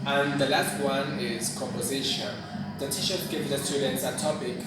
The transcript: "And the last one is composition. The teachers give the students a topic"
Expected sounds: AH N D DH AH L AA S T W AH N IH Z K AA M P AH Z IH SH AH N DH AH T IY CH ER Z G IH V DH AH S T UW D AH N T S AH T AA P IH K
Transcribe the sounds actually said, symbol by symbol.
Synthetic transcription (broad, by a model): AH N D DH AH L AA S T W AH N IH Z K AA M P AH Z IH SH AH N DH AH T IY SH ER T G IH V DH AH S T UW D AH N T S AH T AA P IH K